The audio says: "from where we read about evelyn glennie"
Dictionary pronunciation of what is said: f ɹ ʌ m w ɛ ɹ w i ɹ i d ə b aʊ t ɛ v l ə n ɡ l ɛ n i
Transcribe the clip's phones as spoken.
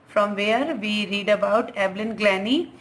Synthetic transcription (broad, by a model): f ɹ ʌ m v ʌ ɹ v i ɹ i d ə b aʊ t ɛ b l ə n ɡ l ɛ n i